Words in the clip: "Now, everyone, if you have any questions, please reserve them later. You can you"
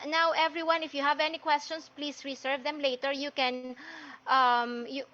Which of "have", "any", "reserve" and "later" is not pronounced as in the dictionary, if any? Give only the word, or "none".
reserve